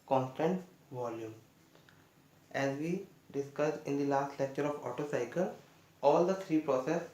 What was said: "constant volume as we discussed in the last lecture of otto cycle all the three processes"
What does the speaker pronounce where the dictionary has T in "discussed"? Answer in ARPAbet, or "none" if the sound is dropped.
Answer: none